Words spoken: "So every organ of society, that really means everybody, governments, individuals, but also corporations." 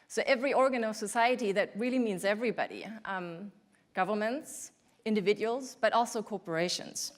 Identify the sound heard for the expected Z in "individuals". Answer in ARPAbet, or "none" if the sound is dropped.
Z